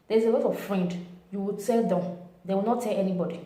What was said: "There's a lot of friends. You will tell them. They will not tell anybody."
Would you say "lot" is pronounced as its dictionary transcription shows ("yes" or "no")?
no